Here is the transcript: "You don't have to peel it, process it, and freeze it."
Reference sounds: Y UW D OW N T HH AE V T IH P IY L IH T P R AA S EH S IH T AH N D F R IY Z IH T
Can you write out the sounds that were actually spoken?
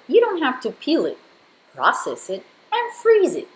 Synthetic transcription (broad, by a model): Y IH D OW N T HH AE F T IH P IY L IH T P R AA S EH S IH T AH N F R IY Z IH T